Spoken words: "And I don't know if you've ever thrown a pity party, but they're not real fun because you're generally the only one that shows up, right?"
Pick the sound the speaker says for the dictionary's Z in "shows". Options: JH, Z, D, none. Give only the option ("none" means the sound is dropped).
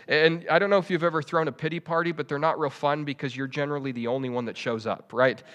Z